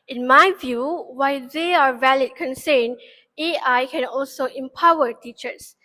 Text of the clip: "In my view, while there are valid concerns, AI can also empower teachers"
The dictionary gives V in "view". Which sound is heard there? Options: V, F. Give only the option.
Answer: V